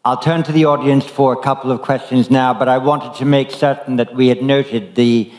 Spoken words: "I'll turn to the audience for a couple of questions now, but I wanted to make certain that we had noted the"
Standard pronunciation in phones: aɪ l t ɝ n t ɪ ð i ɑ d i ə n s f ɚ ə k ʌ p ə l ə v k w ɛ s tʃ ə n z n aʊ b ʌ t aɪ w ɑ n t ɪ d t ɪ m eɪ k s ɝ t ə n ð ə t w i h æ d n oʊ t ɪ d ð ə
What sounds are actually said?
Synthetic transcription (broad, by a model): aɪ l t ɝ n t ɪ ð i ɑ d i ə n s f ɚ ə k ʌ p l ə v k w ɛ s tʃ ə n z n aʊ b ʌ t aɪ w ɑ n t ɪ d t ɪ m eɪ k s ɝ t n ð ə t w i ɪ d n oʊ t ɪ d ð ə